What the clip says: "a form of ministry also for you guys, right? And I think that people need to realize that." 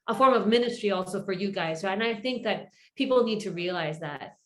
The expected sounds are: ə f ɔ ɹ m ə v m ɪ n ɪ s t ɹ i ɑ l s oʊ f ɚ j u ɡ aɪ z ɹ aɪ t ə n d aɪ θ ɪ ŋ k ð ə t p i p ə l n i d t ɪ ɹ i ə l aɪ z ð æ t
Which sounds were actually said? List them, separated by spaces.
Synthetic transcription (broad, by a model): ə f ɔ ɹ m ə v m ɪ n ɪ s t ɹ i ɑ l s oʊ f ɚ j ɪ ɡ aɪ z ɹ aɪ t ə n aɪ θ ɪ ŋ k ð ə t p i p l n i d t ɪ ɹ i ə l aɪ z ð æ t